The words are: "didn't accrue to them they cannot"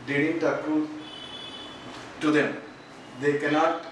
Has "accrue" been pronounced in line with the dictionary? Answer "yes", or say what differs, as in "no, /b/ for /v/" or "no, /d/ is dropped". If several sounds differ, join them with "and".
no, /ɹ/ is dropped